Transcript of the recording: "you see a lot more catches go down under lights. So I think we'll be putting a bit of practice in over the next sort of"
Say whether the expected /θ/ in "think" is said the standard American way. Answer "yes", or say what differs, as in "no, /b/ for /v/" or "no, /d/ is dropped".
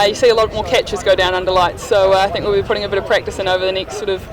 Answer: yes